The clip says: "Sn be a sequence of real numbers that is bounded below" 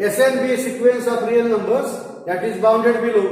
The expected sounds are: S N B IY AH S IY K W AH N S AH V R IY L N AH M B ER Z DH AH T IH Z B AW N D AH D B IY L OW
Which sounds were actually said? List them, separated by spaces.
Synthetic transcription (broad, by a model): S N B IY S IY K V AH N S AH P R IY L N AH M B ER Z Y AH T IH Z B AW N D AH D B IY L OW